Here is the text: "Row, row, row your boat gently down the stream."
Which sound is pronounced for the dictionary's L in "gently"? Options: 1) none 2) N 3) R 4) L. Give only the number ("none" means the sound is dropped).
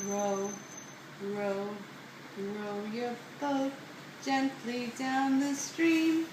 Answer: 4